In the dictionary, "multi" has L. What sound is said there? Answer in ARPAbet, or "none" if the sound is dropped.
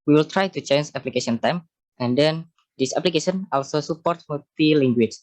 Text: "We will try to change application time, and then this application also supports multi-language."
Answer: none